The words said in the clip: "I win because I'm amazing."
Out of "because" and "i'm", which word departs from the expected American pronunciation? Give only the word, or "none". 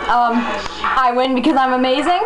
none